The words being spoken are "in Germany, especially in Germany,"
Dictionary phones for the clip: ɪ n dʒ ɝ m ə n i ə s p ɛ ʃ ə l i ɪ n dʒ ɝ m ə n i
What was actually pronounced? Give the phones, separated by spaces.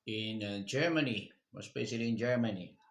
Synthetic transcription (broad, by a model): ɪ n dʒ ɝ m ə n i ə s b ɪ s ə l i ɪ n dʒ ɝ m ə n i